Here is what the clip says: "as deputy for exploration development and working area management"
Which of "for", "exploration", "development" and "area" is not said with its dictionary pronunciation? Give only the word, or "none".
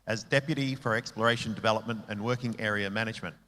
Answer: none